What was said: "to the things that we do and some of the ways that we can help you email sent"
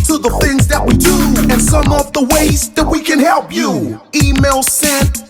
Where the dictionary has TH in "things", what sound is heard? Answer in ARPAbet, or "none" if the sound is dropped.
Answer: TH